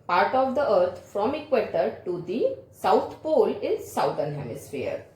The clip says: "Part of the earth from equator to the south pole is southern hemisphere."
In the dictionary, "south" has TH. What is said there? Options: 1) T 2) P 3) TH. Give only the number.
1